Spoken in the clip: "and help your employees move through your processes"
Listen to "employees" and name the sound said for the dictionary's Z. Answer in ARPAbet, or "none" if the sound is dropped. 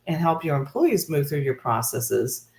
Z